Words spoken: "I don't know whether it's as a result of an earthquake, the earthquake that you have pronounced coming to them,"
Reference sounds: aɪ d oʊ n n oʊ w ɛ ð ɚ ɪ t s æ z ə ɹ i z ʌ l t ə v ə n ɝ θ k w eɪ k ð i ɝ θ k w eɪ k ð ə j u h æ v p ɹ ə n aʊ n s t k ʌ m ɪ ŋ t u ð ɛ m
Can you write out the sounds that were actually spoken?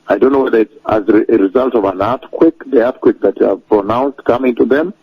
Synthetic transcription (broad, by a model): aɪ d oʊ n n oʊ w ɛ ð ɚ ɪ t s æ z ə ɹ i z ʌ l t ə v ə n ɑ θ k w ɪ k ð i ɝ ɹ k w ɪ k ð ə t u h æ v p ɹ ə n aʊ n s t k ʌ m ɪ ŋ t u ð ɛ m